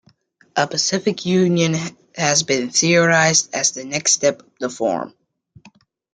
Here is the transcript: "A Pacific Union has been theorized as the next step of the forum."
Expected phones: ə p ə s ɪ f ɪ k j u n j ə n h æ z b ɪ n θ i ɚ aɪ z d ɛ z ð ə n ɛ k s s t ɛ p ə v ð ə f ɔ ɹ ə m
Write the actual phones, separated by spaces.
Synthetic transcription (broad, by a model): ə p ə s ɪ f ɪ k j u n j ə n h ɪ z b ɪ n θ i ɚ aɪ z d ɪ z ð ə n ɛ k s s t ɛ p ə v ð ə f ɔ ɹ m